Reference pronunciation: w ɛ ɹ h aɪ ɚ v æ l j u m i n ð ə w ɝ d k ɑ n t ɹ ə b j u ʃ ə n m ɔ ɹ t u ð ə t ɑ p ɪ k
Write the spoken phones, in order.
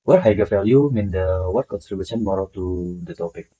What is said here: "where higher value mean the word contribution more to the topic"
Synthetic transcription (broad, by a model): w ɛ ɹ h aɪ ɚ f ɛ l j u m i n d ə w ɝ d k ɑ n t ɹ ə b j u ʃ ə n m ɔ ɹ t u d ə t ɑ p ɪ k